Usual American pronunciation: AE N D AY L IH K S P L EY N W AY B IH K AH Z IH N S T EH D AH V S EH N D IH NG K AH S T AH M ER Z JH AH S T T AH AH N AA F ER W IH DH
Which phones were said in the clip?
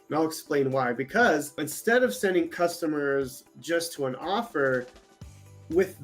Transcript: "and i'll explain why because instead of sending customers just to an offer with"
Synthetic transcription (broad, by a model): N AY L IH K S P L EY N W AY B IH K AH Z IH N S T EH D AH V S EH N D IH NG K AH S T AH M ER Z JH AH S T T AH AH N AA F ER W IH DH